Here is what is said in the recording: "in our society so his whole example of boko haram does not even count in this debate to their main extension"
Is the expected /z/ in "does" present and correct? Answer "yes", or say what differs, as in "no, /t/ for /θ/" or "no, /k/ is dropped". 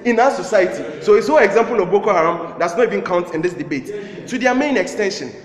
no, /s/ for /z/